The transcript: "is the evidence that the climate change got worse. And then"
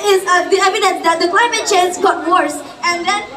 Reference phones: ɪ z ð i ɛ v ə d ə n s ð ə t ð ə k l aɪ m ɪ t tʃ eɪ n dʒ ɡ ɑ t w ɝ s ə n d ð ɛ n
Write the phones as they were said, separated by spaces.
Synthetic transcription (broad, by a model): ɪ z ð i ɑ ə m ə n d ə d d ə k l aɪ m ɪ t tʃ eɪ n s ɡ ɑ t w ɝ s ə n d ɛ n